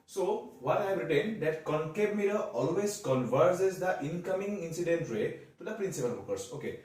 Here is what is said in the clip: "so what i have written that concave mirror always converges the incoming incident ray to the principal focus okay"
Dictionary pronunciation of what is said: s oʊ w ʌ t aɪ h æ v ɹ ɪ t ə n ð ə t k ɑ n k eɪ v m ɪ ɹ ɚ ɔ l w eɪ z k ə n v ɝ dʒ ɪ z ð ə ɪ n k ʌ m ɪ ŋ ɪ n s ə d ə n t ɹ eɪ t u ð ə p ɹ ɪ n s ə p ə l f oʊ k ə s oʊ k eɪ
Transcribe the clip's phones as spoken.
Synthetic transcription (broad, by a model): s oʊ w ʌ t aɪ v ɹ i t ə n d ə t k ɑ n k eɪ b m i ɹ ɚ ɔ l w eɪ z k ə n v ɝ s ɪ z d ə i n k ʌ m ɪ ŋ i n s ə d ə n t ɹ eɪ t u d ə p ɹ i n s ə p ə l p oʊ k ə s oʊ k eɪ